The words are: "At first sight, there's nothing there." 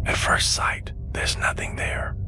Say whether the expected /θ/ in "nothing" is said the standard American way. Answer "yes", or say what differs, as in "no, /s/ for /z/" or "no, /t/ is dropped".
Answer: yes